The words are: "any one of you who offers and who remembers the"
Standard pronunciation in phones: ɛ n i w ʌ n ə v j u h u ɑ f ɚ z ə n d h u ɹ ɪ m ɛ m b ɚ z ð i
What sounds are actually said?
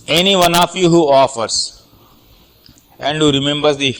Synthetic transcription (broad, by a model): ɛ n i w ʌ n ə f j u h u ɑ f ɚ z ə n d h u ɹ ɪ m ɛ m b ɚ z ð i